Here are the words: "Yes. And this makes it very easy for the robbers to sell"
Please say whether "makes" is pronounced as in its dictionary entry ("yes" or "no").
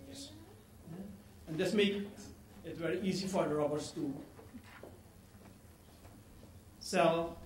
no